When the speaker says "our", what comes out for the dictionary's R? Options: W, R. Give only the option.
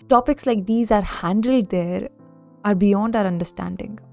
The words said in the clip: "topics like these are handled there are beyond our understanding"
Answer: R